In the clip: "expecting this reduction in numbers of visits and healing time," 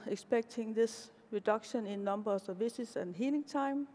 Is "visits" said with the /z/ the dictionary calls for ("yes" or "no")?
no